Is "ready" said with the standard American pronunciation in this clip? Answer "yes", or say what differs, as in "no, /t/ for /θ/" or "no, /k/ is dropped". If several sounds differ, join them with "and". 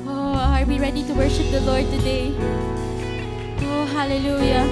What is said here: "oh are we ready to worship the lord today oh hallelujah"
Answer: yes